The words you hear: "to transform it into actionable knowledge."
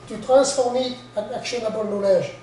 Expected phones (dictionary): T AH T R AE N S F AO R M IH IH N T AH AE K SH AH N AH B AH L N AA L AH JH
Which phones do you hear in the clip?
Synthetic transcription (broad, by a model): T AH T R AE S F AO R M IH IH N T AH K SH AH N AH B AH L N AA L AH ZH